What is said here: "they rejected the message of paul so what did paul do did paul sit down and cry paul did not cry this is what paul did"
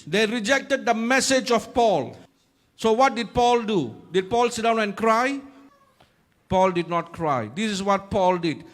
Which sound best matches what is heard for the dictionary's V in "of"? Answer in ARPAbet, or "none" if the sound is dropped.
F